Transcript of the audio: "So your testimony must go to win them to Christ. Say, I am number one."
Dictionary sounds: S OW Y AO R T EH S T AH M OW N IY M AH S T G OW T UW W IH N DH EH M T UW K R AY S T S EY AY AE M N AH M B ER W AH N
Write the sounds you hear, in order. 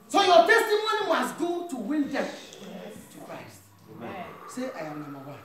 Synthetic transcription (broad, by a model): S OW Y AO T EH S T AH M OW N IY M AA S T G OW T UW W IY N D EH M T UW K R AY S T S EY AY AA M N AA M AA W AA